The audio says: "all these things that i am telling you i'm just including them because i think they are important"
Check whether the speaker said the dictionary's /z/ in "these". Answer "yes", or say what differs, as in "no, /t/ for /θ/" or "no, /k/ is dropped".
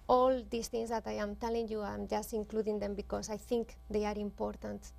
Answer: no, /s/ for /z/